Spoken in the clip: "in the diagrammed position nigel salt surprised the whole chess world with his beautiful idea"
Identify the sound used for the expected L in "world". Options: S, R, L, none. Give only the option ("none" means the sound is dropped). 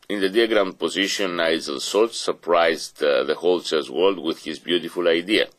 L